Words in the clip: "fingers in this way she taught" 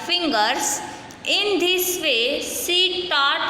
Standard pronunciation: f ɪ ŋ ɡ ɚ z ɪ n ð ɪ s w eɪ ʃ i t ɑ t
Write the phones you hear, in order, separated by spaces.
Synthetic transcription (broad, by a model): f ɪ ŋ ɡ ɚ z ɪ n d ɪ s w eɪ s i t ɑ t